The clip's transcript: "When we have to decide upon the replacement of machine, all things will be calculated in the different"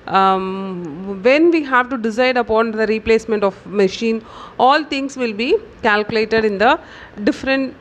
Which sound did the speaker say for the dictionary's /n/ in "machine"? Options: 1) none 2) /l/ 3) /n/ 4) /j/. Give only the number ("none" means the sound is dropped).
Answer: 3